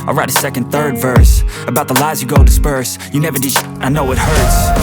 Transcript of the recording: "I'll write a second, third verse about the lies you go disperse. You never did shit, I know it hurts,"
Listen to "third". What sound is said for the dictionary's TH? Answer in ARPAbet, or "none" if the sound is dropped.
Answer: TH